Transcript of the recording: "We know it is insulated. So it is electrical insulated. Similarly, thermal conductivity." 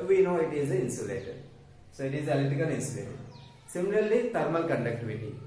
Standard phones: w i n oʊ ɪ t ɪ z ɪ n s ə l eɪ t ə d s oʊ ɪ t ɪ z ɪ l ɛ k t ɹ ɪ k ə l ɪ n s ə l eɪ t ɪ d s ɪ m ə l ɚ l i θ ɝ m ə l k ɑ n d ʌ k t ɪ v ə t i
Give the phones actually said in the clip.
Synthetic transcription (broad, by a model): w i n oʊ ɪ t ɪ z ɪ n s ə l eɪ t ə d s oʊ ɪ t ɪ z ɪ l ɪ t ɪ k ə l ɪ n s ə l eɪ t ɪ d s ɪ m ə l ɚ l i t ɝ m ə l k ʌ n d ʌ k t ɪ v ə t i